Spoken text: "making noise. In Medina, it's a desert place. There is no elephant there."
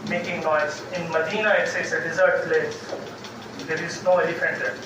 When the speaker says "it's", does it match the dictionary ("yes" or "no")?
no